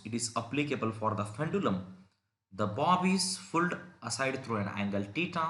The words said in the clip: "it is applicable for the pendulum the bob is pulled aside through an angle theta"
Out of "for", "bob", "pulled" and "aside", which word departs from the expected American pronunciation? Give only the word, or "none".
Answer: pulled